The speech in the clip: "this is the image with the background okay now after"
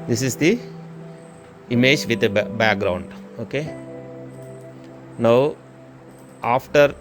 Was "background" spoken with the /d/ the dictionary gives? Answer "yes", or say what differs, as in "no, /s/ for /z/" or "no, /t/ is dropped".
yes